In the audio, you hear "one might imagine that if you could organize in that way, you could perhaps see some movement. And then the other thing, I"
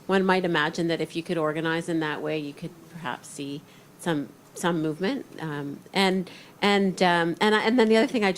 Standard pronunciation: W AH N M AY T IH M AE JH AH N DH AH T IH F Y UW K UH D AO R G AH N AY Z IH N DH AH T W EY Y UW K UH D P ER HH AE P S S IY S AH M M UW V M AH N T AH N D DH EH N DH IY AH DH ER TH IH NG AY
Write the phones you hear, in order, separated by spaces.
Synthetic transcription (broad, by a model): W AH N M AY T IH M AE JH AH N DH AH T IH F Y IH K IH D AO R G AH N AY Z IH N DH AH T W EY Y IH K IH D P ER HH AE P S S IY S AH M M UW V M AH N T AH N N DH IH N DH IY AH DH ER TH IH NG AY